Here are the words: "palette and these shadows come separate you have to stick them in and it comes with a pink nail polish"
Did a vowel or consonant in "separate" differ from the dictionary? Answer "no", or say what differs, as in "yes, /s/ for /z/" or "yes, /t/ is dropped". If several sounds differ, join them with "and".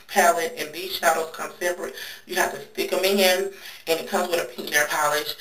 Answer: yes, /b/ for /p/